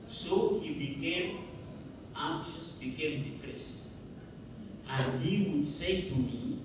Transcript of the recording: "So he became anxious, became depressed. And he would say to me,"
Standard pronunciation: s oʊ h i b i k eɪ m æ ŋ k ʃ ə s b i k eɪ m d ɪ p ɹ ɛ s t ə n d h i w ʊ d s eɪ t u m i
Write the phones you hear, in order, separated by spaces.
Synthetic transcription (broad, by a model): s oʊ h i b i k eɪ m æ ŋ k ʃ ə s b i k eɪ m d ɪ p ɹ ɛ s t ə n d h i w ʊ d s eɪ t u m i